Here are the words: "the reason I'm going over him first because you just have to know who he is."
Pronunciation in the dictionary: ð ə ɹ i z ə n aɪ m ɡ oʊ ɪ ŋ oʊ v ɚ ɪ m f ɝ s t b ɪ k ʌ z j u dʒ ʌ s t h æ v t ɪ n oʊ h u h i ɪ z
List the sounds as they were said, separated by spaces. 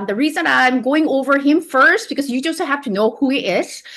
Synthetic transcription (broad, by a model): ð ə ɹ i z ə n aɪ m ɡ oʊ ɪ ŋ oʊ v ɚ ɪ m f ɝ s t b ɪ k ʌ z j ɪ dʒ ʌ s h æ f t ɪ n oʊ h u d ɪ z